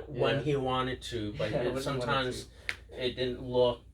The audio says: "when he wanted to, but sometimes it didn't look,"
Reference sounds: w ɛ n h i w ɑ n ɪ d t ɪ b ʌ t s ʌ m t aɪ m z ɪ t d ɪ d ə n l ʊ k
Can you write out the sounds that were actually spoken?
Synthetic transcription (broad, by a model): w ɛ n i w ɑ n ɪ d t ɪ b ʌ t s ʌ m t aɪ m z ɪ t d ɪ d n l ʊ